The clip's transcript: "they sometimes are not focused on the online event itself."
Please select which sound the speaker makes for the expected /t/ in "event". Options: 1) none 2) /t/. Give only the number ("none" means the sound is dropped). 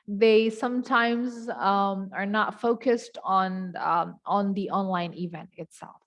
2